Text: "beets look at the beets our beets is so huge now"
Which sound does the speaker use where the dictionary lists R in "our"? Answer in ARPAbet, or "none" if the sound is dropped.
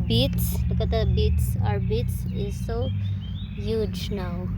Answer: R